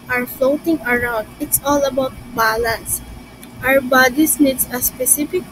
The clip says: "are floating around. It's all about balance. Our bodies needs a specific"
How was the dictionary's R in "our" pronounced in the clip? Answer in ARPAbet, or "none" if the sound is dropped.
W